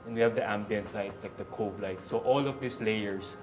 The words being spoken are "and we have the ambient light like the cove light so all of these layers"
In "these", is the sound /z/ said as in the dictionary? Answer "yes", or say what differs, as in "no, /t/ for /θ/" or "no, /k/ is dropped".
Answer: no, /s/ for /z/